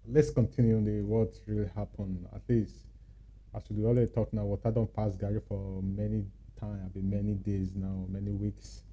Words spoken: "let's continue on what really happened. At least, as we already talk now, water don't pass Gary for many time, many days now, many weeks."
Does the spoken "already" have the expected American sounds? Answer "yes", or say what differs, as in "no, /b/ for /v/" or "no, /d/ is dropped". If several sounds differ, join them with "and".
no, /l/ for /ɹ/